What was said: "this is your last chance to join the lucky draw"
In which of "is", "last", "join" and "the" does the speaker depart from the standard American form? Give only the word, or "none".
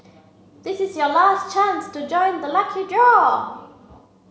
none